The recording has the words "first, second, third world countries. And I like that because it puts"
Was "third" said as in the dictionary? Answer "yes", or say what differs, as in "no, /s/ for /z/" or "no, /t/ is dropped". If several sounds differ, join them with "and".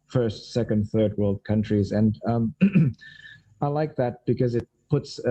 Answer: yes